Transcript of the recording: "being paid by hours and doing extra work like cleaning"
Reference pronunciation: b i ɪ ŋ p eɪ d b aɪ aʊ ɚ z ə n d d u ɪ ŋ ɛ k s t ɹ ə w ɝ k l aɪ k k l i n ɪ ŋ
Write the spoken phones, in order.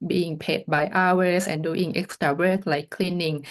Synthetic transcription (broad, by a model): b i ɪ ŋ p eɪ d b aɪ aʊ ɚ s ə n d d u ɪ ŋ ɛ k s t ɹ ə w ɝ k l aɪ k k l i n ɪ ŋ